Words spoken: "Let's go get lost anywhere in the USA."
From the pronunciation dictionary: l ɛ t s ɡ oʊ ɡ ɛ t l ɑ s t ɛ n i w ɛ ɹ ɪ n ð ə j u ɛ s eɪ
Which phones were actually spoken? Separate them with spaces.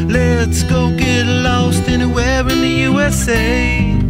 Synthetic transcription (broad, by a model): l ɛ t s ɡ oʊ ɡ ɛ t l ɑ s t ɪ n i w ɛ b ɪ n ð ə j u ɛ s eɪ